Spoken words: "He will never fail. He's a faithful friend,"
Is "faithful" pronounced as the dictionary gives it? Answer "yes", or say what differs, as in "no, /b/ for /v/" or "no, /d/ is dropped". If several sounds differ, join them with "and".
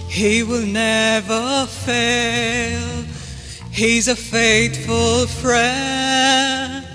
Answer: no, /t/ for /θ/